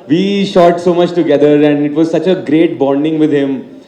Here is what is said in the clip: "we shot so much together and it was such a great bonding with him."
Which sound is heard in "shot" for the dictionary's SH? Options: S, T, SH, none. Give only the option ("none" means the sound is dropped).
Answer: SH